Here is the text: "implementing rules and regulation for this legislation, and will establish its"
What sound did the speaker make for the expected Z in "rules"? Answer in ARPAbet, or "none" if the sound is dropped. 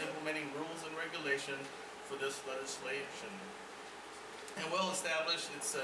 Z